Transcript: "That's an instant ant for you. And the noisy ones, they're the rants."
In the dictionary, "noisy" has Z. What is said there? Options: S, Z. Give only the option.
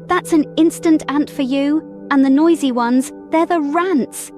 Z